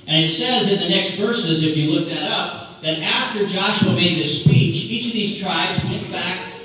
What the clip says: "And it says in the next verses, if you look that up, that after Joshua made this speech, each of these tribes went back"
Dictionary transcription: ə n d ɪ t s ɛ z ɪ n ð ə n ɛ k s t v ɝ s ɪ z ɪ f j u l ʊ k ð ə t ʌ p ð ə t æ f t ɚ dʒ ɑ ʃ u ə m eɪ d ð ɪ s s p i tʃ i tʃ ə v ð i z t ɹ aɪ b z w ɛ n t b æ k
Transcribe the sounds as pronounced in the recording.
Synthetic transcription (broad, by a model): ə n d ɪ t s ɛ z ɪ n ð ə n ɛ k s t v ɝ s ɪ z ɪ f j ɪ l ʊ k ð ə t ʌ p ð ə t æ f t ɚ dʒ ɑ ʃ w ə m eɪ d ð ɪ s s p i tʃ i tʃ ə v ð i z t ɹ aɪ b z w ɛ n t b æ k